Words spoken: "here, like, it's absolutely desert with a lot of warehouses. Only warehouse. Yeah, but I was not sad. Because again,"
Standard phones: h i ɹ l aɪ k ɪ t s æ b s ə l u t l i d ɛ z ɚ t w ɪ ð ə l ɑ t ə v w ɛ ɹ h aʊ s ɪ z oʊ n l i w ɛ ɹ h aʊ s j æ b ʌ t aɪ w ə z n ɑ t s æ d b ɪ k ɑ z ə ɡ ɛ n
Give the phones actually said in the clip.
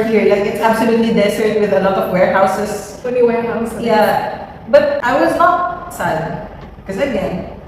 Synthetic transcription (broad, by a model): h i ɹ l aɪ k ɪ t s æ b s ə l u t l i d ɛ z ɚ t w ɪ ð ə l ɑ t ə v w ɛ ɹ h aʊ s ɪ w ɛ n i w ɛ ɹ h aʊ s j æ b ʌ t aɪ w ə z n ɑ t s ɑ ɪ k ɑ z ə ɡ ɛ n